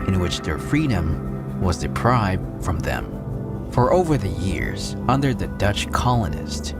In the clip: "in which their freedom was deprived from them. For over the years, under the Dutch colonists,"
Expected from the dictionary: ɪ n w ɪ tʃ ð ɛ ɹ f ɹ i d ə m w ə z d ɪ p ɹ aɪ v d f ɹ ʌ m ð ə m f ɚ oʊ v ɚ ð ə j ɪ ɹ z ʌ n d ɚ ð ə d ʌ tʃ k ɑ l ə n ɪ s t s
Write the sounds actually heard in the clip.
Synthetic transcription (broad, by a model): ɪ n w ɪ tʃ ð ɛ ɹ f ɹ i d ə m w ə z d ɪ p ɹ aɪ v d f ɹ ʌ m ð ə m f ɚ oʊ v ɚ ð ə j ɪ ɹ z ʌ n d ɚ ð ə d ʌ tʃ k ɑ l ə n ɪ s t